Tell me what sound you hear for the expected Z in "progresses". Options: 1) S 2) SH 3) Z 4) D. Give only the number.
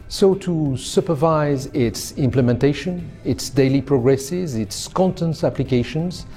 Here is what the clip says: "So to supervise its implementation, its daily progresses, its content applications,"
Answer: 3